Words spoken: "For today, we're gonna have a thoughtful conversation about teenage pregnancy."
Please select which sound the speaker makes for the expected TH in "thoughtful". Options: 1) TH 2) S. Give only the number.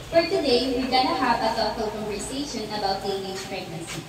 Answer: 2